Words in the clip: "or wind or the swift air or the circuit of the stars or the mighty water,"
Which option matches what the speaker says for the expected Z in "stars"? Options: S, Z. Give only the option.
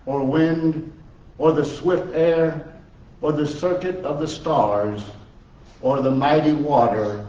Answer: Z